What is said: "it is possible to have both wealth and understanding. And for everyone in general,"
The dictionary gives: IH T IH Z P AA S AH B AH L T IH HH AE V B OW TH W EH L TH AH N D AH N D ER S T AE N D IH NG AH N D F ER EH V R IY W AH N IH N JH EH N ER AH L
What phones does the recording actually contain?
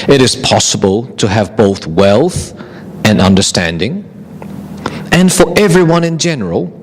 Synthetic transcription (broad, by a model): IH T IH Z P AA S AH B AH L T IH V B OW TH W EH L TH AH N AH N D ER S T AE N D IH NG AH N F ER EH V R IY W AH N IH N JH EH N ER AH L